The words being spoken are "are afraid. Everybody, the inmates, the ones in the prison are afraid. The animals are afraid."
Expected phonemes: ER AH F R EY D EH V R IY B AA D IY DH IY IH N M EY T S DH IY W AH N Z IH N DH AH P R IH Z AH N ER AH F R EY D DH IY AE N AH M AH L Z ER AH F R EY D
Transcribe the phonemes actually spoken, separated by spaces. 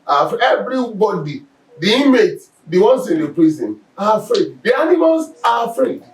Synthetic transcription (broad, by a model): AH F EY EH V R IY B AA D IY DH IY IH M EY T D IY W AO N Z IH N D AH P R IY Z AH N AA AH F R EY D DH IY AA N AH M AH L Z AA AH F R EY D